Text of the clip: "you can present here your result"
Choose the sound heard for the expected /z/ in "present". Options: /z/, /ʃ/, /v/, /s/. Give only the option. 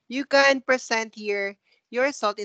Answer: /s/